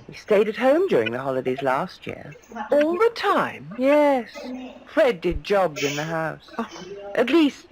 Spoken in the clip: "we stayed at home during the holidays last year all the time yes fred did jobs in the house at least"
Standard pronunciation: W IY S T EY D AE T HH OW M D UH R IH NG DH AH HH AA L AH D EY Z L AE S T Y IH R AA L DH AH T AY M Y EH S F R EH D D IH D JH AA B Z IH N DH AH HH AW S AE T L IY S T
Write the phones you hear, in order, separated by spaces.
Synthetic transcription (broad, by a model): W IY S T EY D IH T HH OW M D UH R IH NG DH AH HH AA L AH D EY Z L AE S T Y IH R AA L DH AH T AY M Y EH S F R EH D D IH D JH AA B Z IH N DH AH HH AW S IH T L IY S T